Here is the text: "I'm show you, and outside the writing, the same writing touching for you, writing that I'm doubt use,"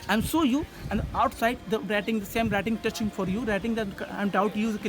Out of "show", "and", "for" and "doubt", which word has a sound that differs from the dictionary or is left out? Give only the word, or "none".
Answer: show